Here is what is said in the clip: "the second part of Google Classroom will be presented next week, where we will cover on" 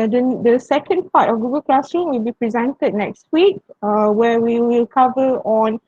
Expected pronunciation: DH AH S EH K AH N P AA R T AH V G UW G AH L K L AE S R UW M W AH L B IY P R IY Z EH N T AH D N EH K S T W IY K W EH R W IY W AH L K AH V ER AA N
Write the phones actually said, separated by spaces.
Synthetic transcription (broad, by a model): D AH S EH K AH N P AA T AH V G UW G AH L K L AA S R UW M W AH L B IY P R IY Z EH N T AH D N EH K S T W IY K W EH W IY W AH L K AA V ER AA N